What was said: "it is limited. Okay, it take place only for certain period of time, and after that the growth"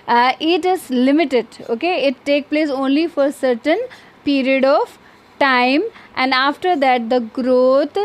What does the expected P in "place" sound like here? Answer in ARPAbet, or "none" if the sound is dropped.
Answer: P